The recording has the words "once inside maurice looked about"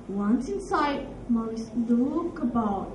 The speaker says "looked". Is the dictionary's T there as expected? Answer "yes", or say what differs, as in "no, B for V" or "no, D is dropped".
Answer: no, T is dropped